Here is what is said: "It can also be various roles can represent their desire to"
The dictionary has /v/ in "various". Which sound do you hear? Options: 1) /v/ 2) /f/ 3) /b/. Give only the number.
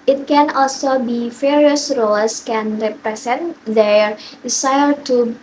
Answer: 2